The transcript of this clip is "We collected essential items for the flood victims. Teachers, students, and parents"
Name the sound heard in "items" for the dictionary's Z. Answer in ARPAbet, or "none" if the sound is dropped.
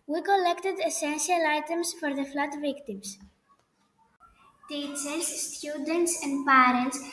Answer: S